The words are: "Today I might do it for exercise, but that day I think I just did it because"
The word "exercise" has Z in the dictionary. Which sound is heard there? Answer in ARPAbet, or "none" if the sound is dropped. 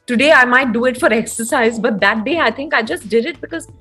Z